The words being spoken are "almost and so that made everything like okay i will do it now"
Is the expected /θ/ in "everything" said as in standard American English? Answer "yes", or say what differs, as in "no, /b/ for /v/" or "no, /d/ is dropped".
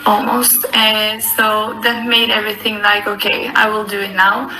yes